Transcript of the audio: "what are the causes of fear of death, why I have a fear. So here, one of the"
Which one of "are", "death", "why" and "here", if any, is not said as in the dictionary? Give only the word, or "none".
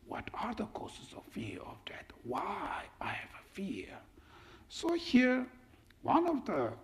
death